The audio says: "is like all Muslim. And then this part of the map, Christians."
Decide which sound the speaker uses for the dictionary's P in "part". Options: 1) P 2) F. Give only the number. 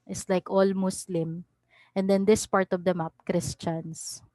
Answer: 1